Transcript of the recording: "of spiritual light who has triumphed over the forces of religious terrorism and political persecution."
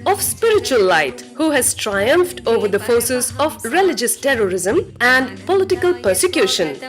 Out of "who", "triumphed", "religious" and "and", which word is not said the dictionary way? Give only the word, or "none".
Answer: none